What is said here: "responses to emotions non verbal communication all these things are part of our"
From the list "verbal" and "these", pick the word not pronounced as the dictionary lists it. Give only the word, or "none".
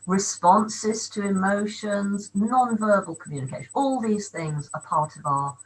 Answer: none